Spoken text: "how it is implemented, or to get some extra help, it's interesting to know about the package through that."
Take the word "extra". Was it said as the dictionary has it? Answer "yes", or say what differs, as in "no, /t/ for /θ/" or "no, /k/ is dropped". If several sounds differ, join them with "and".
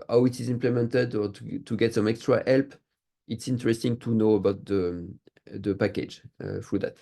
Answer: yes